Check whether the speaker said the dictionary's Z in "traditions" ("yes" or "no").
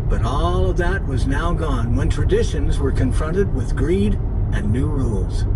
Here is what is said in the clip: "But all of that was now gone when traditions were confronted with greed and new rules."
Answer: yes